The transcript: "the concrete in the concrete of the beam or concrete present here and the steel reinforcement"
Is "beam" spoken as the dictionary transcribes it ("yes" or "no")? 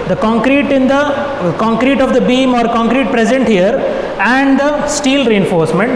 yes